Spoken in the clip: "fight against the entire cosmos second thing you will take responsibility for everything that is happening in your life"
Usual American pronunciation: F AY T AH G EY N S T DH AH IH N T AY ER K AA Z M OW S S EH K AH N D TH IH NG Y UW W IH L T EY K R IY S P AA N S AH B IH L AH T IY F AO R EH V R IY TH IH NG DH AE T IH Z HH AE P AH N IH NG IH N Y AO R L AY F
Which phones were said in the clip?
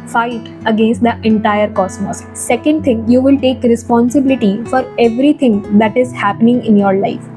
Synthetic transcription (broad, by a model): F AY T AH G EY N S T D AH IH N T AY ER K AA S M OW S S EH K AH N D T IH NG Y UW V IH L T EY K R IY S P AA N S AH B IH L AH T IY F AO R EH V R IY T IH NG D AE T IH Z HH AE P AH N IH NG IH N Y AO R L AY F